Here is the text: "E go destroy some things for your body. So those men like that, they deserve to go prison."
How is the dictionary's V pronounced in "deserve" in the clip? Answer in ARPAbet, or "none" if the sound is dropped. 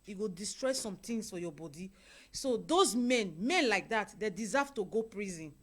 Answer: F